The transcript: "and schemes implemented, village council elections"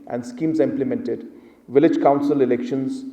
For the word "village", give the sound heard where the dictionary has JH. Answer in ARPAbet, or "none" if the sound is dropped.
JH